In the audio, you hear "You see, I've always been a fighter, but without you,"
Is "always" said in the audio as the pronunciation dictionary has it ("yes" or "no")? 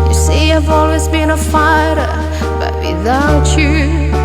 yes